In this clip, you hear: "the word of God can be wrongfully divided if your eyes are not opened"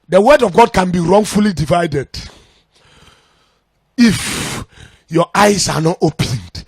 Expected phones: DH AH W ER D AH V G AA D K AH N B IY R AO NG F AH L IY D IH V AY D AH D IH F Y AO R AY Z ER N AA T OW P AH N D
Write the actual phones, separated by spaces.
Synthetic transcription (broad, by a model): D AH W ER D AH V G AA D K AH N B IY R AO NG F AH L IY D IH V AY D AH D IH F Y AO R AY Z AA N AA T OW P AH N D